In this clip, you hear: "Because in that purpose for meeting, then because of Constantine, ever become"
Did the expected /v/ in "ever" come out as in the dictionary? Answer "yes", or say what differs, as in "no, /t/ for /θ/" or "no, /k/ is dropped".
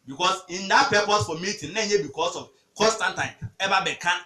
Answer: no, /b/ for /v/